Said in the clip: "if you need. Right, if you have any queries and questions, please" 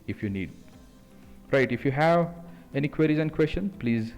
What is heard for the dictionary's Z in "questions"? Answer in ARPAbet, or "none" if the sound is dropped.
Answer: none